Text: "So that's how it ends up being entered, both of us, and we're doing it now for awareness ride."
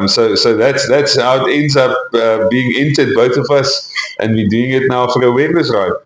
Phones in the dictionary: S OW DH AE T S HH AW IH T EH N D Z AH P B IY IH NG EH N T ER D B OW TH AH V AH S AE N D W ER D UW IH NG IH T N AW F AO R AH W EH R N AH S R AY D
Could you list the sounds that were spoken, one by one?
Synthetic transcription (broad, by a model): S OW DH AE T S HH AW IH T EH N D Z AH P B IY IH NG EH N T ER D B OW TH AH V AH S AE N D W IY D UW IH NG IH T N AW F AO R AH W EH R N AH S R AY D